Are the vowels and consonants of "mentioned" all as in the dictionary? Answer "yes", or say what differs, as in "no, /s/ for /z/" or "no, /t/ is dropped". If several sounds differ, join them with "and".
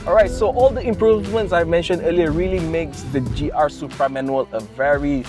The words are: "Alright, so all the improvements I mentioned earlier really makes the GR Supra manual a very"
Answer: yes